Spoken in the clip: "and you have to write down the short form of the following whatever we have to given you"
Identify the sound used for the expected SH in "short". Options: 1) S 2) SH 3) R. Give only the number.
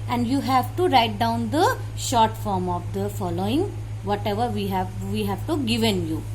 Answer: 2